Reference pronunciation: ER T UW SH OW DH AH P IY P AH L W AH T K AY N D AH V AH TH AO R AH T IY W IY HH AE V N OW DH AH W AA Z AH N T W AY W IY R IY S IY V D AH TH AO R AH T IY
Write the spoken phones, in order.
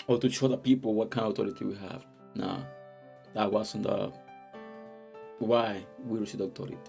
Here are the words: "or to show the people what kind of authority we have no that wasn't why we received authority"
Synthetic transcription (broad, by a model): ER T UW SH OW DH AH P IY P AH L W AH T K AY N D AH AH T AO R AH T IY W IY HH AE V N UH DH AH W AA S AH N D W AY W IY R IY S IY D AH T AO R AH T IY